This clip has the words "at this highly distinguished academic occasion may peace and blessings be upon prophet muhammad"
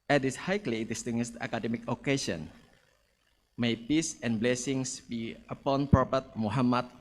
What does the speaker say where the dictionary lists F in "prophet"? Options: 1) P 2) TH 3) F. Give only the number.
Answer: 1